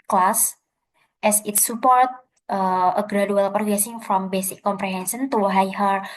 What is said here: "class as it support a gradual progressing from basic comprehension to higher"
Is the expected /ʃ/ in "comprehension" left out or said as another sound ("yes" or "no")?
yes